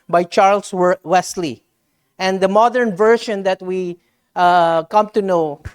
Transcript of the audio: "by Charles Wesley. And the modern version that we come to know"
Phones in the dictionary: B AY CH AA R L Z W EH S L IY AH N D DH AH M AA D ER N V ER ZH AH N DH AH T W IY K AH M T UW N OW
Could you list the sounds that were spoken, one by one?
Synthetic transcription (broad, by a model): B AY CH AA R L S W EH S L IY AH N D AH M AA D ER N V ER SH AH N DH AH T W IY K AH M T UW N OW